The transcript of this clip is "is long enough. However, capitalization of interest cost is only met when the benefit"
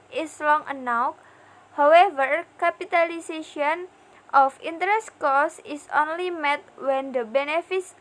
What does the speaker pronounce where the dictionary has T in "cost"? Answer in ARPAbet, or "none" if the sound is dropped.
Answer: none